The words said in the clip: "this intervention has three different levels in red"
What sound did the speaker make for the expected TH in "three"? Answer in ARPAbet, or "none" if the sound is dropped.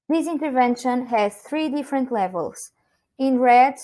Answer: TH